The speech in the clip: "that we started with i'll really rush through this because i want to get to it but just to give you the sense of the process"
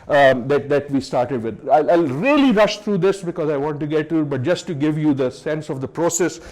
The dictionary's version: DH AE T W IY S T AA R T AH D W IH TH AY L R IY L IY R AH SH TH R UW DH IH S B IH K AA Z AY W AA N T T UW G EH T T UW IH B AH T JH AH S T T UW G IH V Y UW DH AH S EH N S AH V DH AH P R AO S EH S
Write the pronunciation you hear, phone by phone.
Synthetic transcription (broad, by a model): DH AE T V IY S T AA R T AH D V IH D AY L R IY L IY R AH SH T R UW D IH S B IH K AA Z AY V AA N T T UW G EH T T UW B AH T JH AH S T T UW G IH V Y UW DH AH S EH N S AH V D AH P R AO S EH S